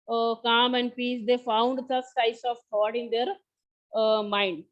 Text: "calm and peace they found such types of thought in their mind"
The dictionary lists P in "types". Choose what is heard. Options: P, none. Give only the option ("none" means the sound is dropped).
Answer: none